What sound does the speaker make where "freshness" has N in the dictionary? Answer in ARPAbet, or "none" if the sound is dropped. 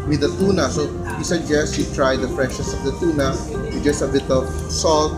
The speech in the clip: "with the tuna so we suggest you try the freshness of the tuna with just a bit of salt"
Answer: none